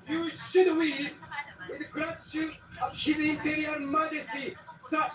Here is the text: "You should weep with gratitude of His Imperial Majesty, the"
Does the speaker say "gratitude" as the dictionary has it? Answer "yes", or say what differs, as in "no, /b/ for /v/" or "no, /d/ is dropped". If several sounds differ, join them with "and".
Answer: no, /d/ is dropped